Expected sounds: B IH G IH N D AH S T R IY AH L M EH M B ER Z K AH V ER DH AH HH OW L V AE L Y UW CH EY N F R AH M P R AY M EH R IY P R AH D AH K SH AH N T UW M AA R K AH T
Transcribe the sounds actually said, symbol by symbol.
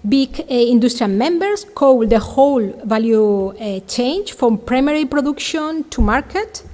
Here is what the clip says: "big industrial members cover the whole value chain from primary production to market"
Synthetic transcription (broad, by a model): B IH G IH N D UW S T R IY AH L M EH M B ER S K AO W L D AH HH OW L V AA L Y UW CH EY N F R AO M P R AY M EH R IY P R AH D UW K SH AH N T UW M AA R K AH T